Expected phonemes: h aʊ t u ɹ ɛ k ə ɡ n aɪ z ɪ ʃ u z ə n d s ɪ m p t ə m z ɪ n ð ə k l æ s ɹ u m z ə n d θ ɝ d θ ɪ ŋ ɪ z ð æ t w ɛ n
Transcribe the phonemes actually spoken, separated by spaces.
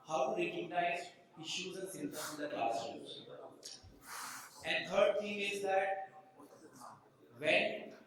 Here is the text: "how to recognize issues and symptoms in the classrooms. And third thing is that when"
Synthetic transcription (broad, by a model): h aʊ t u ɹ ɛ k ə ɡ n aɪ z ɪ ʃ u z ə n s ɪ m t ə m ɪ n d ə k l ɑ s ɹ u z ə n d t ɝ d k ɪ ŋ ɪ z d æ t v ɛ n